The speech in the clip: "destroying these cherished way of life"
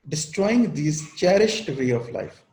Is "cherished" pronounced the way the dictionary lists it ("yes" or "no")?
yes